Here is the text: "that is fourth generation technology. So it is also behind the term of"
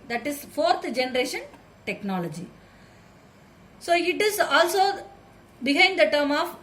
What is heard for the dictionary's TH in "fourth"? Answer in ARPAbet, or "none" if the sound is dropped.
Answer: T